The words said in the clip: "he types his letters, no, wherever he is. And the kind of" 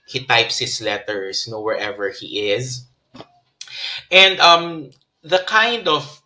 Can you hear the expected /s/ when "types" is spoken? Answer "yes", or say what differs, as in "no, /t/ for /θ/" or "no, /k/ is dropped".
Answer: yes